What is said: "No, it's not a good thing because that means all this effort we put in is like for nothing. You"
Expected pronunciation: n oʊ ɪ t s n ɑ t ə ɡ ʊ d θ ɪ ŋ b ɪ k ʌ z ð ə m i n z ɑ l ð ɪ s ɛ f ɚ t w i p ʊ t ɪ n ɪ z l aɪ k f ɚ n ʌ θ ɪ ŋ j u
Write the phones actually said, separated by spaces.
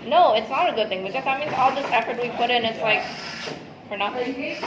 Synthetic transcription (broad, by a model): n oʊ ɪ t s n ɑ t ə ɡ ʊ d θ ɪ ŋ b ɪ k ʌ z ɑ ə m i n ɑ l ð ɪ s ɛ f ɚ t w i p ʊ t ɪ n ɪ s l aɪ k f ɚ n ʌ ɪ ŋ